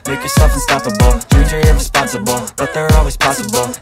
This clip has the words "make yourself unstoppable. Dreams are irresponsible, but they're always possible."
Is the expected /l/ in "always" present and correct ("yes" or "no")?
yes